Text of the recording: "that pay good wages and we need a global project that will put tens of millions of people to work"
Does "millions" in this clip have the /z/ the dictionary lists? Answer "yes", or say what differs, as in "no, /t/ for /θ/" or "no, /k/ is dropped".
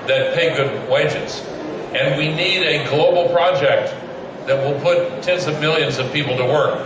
yes